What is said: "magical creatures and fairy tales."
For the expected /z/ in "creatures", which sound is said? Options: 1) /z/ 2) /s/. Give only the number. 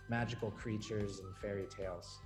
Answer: 1